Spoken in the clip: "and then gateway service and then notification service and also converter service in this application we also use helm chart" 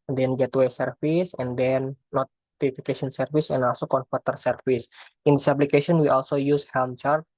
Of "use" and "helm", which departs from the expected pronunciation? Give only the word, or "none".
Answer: none